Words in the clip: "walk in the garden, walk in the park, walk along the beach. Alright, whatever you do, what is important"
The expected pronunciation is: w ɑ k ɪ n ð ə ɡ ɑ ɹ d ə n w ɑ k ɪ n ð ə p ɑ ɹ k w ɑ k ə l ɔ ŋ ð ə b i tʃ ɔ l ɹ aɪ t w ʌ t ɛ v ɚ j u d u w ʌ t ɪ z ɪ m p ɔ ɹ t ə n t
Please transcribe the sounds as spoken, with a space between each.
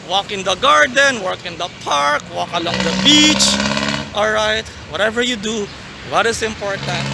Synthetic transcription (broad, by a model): w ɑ k ɪ n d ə ɡ ɑ ɹ d ə n w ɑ k ɪ n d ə p ɑ ɹ k w ɑ k ə l ɔ ŋ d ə b i tʃ ɔ l ɹ aɪ t w ʌ t ɛ v ɚ j u d u w ʌ t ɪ s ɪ m p ɔ ɹ t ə n t